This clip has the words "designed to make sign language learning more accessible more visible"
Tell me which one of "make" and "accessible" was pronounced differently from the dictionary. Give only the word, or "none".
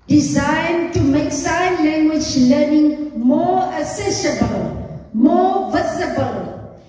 accessible